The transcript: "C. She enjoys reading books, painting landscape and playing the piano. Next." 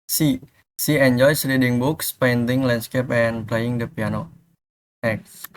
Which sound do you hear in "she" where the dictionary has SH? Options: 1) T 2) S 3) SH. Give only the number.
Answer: 2